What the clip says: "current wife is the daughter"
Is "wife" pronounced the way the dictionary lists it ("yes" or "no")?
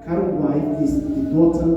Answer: no